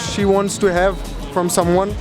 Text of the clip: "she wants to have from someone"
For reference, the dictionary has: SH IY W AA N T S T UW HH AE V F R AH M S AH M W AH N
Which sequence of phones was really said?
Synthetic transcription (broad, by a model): SH IY W AA N T S T UW HH AE V F R AH M S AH M W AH N